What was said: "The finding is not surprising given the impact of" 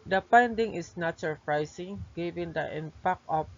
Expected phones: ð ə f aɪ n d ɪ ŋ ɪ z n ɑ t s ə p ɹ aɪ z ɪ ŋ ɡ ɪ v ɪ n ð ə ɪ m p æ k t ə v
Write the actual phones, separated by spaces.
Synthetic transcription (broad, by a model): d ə p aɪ n d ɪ ŋ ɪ s n ɑ t s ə p ɹ aɪ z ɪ ŋ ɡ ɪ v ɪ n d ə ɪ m p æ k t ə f